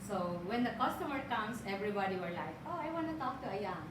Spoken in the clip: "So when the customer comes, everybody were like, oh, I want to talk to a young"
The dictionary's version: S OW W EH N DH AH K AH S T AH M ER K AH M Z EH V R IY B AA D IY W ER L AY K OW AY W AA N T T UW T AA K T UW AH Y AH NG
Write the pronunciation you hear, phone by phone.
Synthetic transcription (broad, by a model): S OW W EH N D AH K AH S T AH M ER K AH M S EH V R IY B AA D IY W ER L AY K OW AY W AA N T T UW T AA K T UW AH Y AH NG